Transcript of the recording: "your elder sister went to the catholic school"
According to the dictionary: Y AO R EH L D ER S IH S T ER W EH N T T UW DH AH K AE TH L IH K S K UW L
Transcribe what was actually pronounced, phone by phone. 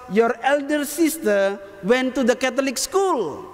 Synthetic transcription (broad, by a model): Y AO R EH L D ER S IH S T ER W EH N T T UW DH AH K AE T L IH K S K UW L